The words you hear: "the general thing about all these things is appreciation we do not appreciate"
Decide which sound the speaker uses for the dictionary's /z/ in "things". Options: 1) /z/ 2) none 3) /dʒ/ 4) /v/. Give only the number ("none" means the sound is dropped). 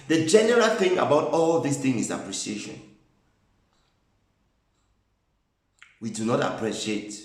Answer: 2